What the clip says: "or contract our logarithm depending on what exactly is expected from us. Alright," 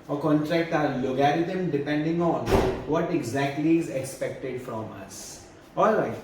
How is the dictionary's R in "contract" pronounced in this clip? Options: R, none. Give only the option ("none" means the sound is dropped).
R